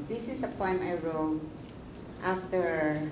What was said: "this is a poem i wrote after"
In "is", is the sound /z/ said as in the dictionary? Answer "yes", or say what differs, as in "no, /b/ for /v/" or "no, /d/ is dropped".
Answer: no, /s/ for /z/